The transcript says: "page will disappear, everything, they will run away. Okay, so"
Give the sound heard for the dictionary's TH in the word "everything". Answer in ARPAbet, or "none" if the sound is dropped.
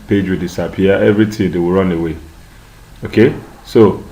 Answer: T